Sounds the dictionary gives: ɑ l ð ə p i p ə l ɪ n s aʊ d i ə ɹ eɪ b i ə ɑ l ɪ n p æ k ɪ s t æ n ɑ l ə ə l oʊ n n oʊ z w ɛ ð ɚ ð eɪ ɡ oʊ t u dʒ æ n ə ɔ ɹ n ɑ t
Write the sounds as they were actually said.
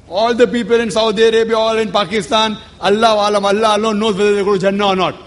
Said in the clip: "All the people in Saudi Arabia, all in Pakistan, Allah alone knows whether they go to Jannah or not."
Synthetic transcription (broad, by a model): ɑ l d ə p i p ə l ɪ n s aʊ d i ə ɹ eɪ b i ə ɑ l ɪ n p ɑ k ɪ s t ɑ n ɑ l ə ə l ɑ l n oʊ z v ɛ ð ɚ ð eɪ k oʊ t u dʒ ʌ n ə ɔ ɹ n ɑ t